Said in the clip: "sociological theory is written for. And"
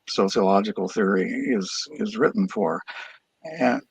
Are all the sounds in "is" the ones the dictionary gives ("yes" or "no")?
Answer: yes